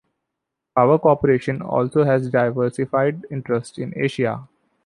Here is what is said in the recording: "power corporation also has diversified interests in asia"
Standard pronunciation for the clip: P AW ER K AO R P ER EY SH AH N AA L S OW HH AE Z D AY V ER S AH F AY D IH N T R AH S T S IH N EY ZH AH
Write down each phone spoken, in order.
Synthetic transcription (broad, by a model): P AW ER K AO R P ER EY SH AH N AA L S OW HH AE Z D AY V ER S AH F AY D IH N T R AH S T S IH N EY SH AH